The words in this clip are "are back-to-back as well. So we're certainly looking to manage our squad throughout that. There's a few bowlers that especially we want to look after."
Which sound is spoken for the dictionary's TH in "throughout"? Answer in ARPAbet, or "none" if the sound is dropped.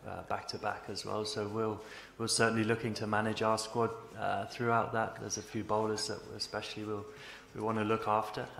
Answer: TH